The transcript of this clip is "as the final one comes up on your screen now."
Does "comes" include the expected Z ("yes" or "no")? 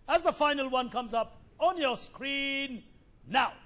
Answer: yes